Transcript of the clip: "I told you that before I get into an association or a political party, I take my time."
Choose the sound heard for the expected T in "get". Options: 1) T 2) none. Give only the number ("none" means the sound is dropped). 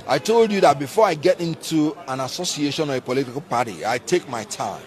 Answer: 1